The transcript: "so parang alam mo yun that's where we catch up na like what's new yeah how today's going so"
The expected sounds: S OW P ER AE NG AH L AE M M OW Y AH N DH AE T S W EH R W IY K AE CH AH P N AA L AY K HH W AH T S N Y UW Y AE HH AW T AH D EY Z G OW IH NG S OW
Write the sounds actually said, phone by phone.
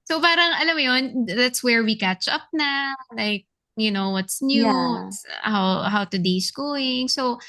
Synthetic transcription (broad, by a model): S OW P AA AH NG AH L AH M M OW Y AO N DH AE T S W EH R W IY K AE CH AH P N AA L AY K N W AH T S N Y UW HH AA HH AW T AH D EY S G OW IH NG S OW